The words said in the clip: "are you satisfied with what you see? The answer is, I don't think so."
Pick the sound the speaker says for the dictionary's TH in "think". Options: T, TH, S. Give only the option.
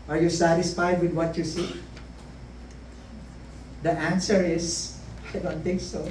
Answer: T